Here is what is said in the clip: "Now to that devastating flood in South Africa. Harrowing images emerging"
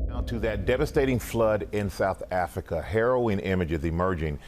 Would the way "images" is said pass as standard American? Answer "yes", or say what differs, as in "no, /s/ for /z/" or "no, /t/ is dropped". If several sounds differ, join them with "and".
yes